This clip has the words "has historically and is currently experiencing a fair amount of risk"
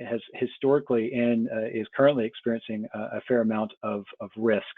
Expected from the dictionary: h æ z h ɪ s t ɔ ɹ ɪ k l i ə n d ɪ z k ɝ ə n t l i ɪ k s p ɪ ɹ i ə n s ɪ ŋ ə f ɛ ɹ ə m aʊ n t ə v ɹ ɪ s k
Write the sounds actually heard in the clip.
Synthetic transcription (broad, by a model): h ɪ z h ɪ s t ɔ ɹ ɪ k l i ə n ɪ z k ɝ ə n t l i ɪ k s p ɪ ɹ i ə n s ɪ ŋ ə f ɛ ɹ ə m aʊ n t ə v ɹ ɪ s k